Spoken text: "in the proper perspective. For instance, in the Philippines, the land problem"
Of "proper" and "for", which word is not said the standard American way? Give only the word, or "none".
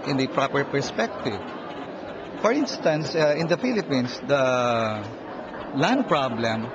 none